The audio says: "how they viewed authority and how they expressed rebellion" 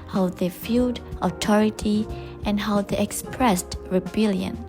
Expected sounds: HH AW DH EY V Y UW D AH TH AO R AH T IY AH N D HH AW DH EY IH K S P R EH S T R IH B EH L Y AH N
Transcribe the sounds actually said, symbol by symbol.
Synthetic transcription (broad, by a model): HH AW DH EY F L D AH T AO R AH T IY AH N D HH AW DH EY IH K S P R EH S T R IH B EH L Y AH N